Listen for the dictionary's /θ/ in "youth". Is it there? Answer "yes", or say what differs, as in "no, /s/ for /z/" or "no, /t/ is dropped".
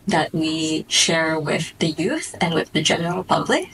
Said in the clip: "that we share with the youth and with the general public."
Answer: yes